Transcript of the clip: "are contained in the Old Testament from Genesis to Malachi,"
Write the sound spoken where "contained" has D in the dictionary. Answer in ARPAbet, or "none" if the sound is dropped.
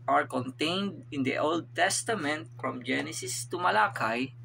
D